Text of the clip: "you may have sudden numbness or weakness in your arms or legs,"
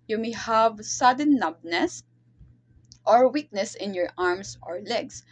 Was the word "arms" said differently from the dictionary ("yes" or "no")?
yes